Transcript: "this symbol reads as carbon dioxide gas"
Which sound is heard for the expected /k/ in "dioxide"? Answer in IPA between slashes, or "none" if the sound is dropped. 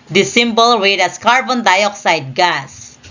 /k/